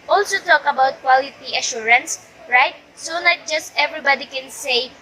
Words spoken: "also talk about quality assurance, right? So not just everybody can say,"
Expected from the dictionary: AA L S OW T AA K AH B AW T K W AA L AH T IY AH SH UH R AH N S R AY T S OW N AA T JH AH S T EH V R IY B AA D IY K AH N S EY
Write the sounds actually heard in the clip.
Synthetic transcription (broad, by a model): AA L S OW T AA K AH B AW T K W AA L AH T IY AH SH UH R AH N S R AY T S OW L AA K JH AH S T EH V R IY B AA D IY K AH N S EY